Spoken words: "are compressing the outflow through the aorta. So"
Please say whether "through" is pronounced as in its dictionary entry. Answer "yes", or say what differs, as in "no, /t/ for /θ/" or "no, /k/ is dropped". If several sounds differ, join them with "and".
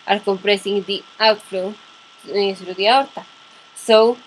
no, /s/ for /θ/